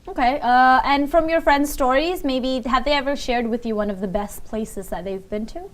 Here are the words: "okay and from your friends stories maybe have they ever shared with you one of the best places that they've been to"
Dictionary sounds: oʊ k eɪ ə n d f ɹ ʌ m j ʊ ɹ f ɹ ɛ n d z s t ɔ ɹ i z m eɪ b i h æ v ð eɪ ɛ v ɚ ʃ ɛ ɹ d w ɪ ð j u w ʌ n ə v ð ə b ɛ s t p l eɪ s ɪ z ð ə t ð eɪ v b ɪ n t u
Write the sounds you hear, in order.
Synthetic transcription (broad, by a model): oʊ k eɪ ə n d f ɹ ʌ m j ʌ ɹ f ɹ ɛ n d z s t ɔ ɹ i z m eɪ b i h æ v ð eɪ ɛ v ɚ ʃ ɛ ɹ d w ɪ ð j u w ʌ n ə v ð ə b ɛ s t p l eɪ s ɪ z ð ə t ð eɪ v b ɪ n t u